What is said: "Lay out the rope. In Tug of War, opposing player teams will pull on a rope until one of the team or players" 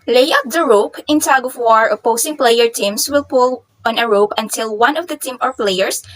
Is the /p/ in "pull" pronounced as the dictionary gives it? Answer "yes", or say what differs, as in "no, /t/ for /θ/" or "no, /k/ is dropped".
yes